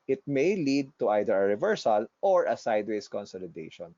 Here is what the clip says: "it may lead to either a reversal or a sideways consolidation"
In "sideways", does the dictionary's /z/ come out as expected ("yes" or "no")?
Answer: no